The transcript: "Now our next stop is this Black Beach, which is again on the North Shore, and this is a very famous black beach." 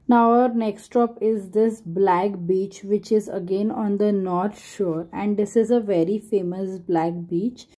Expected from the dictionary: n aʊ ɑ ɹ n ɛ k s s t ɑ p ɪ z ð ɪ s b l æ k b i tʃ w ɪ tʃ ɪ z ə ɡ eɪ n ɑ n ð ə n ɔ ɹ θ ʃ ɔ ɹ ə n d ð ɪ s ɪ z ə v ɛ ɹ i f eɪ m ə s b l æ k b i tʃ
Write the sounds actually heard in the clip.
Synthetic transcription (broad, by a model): n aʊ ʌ ɹ n ɛ k s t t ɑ p ɪ z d ɪ s b l æ k b i tʃ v ɪ tʃ ɪ z ə ɡ eɪ n ɑ n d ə n ɔ ɹ t ʃ ɔ ɹ ə n d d ɪ s ɪ z ə v ɛ ɹ i f eɪ m ə s b l æ k b i tʃ